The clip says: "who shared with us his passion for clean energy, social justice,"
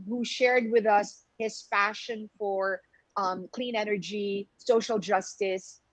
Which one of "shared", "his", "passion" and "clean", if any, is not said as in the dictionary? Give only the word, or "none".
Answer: passion